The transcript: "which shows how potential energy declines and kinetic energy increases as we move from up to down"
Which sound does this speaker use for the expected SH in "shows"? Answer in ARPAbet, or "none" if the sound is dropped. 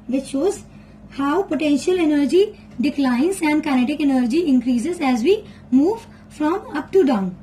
SH